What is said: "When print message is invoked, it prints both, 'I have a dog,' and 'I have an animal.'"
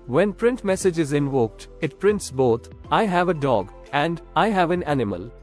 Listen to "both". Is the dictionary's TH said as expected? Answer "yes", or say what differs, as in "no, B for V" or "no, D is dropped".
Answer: no, T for TH